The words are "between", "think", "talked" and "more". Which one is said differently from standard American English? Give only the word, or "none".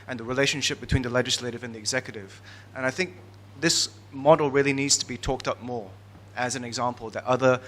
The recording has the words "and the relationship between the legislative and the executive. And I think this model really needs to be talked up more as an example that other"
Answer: none